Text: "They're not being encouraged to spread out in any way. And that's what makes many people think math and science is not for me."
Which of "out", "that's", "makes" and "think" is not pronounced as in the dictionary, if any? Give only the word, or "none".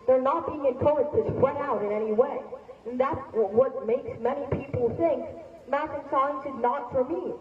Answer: none